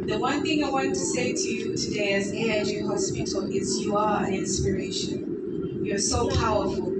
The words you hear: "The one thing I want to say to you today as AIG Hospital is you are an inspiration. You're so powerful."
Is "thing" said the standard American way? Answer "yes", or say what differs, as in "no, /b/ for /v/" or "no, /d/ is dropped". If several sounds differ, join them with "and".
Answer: yes